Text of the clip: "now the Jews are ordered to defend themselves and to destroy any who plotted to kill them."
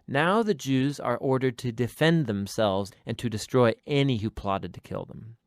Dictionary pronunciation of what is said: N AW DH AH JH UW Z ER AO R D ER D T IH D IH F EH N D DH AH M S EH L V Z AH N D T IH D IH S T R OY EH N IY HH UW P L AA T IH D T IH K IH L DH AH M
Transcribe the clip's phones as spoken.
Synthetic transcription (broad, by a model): N AW DH AH JH UW Z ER AO R D ER D T IH D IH F EH N DH AH M S EH L V Z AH N T IH D IH S T R OY EH N IY HH UW P L AA T IH D T IH K IH L DH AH M